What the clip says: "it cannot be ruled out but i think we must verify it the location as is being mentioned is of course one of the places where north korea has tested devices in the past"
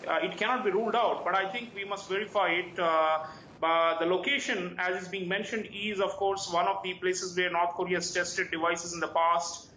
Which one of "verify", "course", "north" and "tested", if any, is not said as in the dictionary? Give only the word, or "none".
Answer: north